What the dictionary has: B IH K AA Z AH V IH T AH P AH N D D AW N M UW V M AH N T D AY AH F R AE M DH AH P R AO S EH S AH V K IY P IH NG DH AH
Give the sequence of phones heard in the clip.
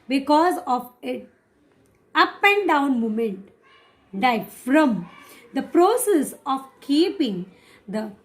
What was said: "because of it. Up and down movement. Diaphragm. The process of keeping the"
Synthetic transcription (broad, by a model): B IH K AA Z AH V IH T AH P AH N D D AW N M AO M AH N T D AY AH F R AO M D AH P R AO S EH S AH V K IY P IH NG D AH